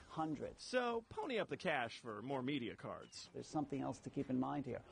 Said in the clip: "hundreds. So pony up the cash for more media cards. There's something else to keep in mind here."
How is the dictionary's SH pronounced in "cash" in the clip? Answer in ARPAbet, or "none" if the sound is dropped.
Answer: SH